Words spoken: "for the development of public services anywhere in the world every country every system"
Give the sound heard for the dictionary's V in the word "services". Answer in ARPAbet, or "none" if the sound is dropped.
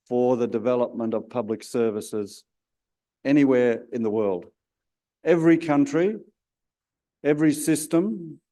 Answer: V